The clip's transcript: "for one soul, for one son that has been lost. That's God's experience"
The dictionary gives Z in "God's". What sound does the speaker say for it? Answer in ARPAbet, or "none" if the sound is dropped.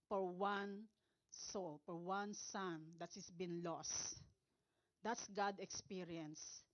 none